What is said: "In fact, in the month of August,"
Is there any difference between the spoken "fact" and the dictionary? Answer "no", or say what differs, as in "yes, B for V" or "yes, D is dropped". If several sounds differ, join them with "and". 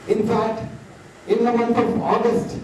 yes, K is dropped